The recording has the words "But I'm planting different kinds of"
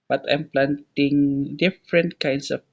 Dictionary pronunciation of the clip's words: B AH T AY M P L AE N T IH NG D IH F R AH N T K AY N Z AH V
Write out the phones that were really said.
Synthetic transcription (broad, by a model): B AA T AY M P L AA N T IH NG D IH F R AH N T K AY N S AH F